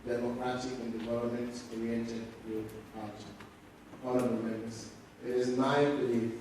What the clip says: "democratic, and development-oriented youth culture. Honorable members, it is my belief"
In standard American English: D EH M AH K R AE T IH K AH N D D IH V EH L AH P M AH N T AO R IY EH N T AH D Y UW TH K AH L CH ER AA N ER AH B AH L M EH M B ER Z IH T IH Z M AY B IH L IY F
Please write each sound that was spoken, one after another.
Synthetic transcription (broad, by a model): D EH M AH K R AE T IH K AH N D D IH V EH L AH P M AH N T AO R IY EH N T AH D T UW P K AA CH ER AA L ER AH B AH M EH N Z IH T IH Z M AY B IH L IY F